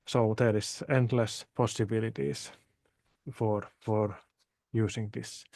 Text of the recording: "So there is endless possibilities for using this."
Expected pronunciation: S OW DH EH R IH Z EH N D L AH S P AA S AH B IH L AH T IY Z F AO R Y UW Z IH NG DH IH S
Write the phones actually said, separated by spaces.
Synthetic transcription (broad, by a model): S OW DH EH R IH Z EH N D L AH S P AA S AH B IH L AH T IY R F AO R Y UW S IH NG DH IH S